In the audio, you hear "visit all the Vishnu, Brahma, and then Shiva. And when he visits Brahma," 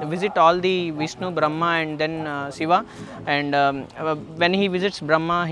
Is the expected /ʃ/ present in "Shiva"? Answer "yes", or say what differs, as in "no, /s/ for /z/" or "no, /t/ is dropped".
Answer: no, /s/ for /ʃ/